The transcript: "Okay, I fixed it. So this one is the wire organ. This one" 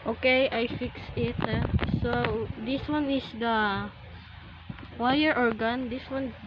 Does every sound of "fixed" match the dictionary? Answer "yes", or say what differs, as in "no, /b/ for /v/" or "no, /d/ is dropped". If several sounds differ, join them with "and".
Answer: no, /t/ is dropped